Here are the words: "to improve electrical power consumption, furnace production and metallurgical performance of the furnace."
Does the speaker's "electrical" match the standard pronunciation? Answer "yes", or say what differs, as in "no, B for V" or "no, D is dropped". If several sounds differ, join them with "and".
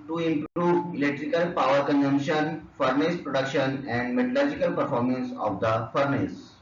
yes